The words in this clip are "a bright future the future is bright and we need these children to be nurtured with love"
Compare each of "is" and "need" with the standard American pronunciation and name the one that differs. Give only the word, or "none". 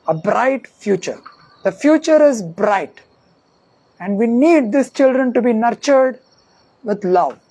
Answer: none